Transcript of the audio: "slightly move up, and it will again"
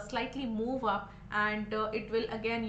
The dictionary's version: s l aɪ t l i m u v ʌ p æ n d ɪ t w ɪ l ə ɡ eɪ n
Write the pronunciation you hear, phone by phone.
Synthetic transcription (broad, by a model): s l aɪ t l i m u v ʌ p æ n d ɪ t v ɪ l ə ɡ eɪ n